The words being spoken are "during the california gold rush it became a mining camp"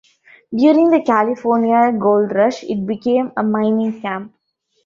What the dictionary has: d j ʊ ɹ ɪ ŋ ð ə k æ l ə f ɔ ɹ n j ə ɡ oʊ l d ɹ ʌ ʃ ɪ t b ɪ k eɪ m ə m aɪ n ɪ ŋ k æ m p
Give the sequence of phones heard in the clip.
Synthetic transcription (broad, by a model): d j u ɹ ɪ ŋ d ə k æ l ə f ɔ ɹ n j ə ɡ oʊ l d ɹ ʌ ʃ ɪ t b ɪ k eɪ m ə m aɪ n ɪ ŋ k æ m p